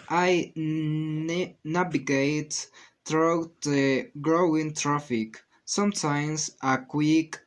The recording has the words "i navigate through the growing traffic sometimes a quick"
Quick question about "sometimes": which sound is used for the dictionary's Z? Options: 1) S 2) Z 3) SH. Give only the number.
1